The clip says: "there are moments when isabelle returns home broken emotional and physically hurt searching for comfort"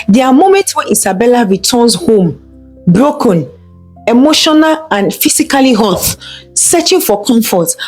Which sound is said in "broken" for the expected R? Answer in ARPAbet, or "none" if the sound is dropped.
R